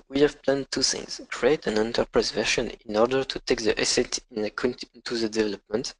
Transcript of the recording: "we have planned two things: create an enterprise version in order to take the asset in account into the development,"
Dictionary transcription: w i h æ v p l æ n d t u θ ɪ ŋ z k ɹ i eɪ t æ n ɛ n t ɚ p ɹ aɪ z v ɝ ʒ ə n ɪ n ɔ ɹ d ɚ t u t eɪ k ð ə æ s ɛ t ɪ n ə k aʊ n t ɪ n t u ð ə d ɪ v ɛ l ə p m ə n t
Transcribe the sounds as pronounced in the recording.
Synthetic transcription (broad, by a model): w i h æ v p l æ n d t u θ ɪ ŋ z k ɹ i eɪ t æ n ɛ n t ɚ p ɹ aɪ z v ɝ ʃ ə n ɪ n ɔ ɹ d ɚ t u t eɪ k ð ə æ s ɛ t ɪ n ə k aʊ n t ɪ n t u ð ə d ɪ v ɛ l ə p m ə n t